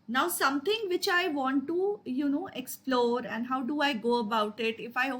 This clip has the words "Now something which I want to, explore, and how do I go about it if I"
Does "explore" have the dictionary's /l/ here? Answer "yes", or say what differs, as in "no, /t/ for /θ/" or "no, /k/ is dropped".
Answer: yes